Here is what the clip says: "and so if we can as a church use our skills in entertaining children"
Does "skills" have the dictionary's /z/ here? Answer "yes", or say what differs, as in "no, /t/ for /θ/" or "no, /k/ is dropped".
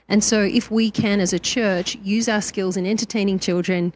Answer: yes